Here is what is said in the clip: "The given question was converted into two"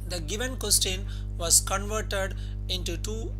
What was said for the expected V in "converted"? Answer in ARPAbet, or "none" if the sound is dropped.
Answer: V